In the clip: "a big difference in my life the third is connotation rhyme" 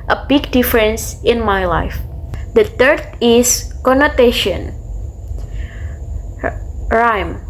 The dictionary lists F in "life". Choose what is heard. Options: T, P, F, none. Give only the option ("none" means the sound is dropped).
F